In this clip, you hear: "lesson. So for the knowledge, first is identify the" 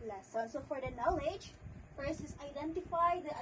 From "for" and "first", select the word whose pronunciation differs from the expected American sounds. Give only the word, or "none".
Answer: first